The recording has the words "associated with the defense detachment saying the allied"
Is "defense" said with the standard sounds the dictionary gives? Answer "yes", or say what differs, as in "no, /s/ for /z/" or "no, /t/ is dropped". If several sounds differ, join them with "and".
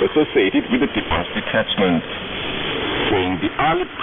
no, /n/ is dropped